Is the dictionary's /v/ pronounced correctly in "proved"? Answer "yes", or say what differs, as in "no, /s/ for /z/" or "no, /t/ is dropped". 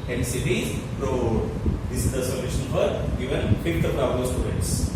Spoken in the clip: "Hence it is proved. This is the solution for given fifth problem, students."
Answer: no, /v/ is dropped